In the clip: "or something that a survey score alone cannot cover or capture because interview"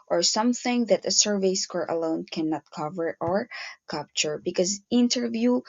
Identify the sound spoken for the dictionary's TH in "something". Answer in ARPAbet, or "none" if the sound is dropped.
TH